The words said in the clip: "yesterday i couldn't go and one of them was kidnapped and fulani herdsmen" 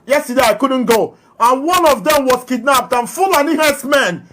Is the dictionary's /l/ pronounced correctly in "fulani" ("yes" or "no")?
yes